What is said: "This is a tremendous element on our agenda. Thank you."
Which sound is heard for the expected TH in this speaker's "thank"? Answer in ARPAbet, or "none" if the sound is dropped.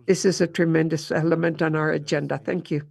TH